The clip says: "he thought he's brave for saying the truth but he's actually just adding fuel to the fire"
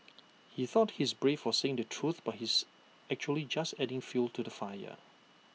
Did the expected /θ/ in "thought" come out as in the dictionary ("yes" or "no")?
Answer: yes